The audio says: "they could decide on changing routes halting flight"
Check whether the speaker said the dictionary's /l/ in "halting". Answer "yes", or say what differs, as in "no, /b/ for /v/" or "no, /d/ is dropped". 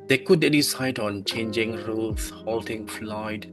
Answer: yes